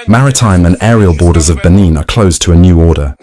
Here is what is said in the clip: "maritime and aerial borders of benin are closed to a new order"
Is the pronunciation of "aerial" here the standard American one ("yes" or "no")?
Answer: yes